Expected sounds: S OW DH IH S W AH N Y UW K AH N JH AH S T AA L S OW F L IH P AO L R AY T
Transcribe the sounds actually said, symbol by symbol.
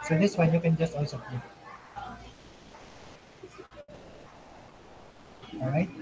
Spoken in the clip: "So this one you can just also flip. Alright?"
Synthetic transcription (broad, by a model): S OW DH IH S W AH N Y UW K AH N JH AH S T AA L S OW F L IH AO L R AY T